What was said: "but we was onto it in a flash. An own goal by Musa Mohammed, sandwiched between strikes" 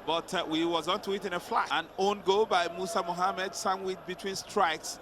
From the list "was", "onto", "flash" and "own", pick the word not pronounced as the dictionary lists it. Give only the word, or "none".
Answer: flash